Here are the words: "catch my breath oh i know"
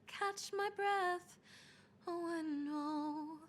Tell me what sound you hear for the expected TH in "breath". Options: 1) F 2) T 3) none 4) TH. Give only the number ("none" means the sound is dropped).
4